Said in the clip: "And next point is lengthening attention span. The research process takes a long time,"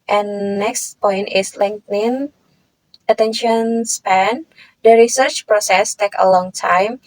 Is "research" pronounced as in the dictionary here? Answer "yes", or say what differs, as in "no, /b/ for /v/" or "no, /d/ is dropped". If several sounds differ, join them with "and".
yes